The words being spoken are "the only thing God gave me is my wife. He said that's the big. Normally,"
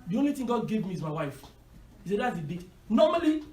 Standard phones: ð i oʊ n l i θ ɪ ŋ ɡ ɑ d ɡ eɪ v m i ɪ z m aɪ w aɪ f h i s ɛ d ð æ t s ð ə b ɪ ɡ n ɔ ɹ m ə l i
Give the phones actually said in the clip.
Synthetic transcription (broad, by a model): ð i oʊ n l i t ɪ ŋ ɡ ɑ d ɡ eɪ v m i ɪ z m aɪ w aɪ f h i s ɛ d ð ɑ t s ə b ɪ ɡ n ɔ m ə l i